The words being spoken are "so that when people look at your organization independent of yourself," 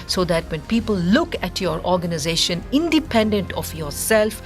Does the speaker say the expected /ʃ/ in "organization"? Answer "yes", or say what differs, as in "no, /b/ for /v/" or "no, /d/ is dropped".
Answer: yes